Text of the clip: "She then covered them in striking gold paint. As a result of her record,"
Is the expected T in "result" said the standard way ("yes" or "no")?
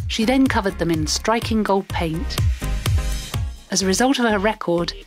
yes